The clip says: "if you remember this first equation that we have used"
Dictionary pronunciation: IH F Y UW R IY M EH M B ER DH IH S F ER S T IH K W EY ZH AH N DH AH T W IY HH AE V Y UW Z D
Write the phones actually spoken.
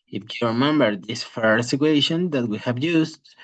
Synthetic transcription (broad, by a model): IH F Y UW R IY M EH M B ER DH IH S F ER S IH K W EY SH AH N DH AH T W IY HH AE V Y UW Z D